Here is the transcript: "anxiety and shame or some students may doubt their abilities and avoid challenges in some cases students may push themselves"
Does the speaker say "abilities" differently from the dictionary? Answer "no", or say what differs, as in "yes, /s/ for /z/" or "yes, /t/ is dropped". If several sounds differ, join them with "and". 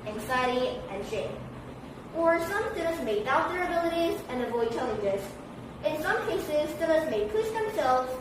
no